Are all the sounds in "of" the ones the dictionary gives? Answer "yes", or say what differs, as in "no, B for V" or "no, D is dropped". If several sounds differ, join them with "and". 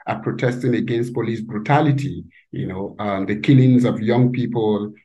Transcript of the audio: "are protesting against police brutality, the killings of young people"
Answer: yes